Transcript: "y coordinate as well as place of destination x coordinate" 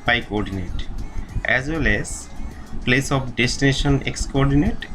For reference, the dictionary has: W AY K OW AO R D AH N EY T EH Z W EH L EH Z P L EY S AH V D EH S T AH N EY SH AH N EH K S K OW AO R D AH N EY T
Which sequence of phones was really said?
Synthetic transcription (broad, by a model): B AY K OW AO R D AH N EY T EH Z W EH L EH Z P L EY S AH P D EH S T AH N EY SH AH N EH K S K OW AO R D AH N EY T